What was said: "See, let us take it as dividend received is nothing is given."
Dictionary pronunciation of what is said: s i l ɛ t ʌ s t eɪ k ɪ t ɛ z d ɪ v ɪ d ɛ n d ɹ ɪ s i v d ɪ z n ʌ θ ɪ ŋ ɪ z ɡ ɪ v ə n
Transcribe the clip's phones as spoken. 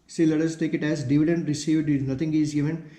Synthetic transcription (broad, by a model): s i l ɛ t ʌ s t eɪ k ɪ t ɛ z d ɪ v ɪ d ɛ n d ɹ ɪ s i v d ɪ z n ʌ t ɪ ŋ ɪ z ɡ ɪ v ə n